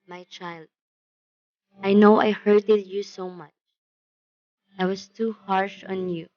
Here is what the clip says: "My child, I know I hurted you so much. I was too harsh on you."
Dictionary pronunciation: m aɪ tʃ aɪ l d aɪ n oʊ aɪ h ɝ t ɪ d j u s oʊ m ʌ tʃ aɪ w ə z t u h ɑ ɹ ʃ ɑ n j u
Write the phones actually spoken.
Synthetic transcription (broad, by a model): m aɪ tʃ aɪ l d aɪ n oʊ aɪ h ɝ t ɪ d j u s oʊ m ʌ tʃ aɪ w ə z t u h ɑ ɹ ʃ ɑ n j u